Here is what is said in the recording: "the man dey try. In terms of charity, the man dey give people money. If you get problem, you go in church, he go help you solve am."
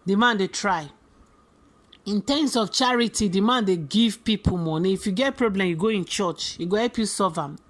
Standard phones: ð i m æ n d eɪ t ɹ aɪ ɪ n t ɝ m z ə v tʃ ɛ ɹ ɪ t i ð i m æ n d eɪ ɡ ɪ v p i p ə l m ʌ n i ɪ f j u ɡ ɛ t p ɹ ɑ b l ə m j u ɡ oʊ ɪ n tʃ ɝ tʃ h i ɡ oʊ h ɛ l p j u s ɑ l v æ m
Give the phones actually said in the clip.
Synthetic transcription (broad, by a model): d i m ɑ n d eɪ t ɹ aɪ ɪ n t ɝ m s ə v tʃ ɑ ɹ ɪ t i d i m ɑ n d eɪ ɡ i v p i p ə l m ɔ n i ɪ f j u ɡ ɛ t p ɹ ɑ b l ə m j u ɡ oʊ ɪ n tʃ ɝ tʃ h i ɡ oʊ h ɛ l p j u s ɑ v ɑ m